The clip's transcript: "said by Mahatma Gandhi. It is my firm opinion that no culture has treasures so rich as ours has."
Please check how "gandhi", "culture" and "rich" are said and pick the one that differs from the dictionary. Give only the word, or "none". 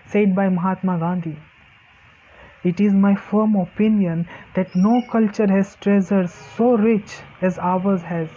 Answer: none